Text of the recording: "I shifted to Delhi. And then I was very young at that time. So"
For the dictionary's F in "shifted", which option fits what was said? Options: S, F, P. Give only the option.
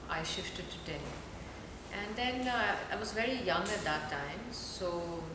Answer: F